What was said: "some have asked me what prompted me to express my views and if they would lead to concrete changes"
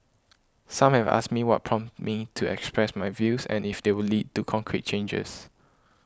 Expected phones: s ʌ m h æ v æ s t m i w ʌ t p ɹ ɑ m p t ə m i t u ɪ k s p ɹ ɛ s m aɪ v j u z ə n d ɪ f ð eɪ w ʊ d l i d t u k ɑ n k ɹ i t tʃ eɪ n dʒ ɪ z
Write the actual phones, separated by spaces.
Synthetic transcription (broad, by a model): s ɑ m h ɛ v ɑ s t m i w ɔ t p ɹ ɑ m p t m i t u ɪ k s p ɹ ɛ s m aɪ v j u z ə n ɪ f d eɪ w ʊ l i d t u k ɑ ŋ k ɹ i t tʃ eɪ n dʒ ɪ s